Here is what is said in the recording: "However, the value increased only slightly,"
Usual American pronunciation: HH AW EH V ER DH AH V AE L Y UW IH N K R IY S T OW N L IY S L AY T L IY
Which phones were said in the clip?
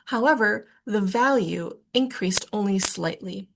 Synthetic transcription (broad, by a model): HH AW EH V ER DH AH V AE L Y UW IH N K R IY S T OW N L IY S L AY T L IY